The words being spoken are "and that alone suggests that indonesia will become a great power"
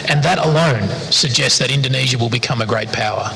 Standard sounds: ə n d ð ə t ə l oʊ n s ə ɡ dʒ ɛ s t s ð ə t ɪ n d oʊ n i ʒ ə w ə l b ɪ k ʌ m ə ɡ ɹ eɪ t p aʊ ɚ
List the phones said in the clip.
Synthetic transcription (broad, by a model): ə n ð ə t ə l oʊ n s ə ɡ dʒ ɛ s t s ð ə t ɪ n d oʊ n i ʒ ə w ə l b ɪ k ʌ m ə ɡ ɹ eɪ t p aʊ ɚ